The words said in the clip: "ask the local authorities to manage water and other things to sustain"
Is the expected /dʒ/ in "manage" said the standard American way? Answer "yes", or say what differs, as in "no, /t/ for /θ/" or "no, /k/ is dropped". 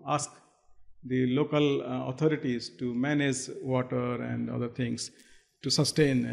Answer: yes